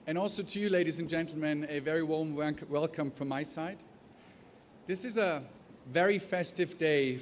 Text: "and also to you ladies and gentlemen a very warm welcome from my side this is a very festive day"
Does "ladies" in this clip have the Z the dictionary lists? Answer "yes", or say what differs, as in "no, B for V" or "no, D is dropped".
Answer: yes